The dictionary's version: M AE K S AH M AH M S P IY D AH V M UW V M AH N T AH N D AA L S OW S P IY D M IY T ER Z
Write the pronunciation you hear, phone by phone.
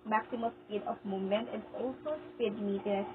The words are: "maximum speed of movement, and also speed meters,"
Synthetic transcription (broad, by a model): M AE K S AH M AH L S P IY D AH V M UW M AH N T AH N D AA L S OW S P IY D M IY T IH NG